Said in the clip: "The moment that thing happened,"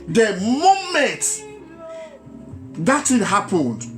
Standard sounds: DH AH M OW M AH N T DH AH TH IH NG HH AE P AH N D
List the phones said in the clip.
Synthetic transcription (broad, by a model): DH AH M OW M AH N T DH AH T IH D HH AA P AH N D